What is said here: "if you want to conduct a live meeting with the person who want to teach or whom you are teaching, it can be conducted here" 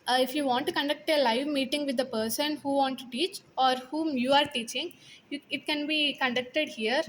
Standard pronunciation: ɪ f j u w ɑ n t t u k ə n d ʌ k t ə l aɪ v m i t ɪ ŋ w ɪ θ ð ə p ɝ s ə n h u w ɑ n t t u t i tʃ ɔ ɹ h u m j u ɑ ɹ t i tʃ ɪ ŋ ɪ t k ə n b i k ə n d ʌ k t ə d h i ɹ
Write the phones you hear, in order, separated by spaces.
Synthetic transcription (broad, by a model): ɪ f j u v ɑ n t t u k ə n d ʌ k t ə l aɪ v m i t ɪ ŋ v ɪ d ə p ɝ s ə n h u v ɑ n t t u t i tʃ ɔ ɹ h u m j u ɑ ɹ t i tʃ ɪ ŋ ɪ t k ə n b i k ə n d ʌ k t ə d h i ɹ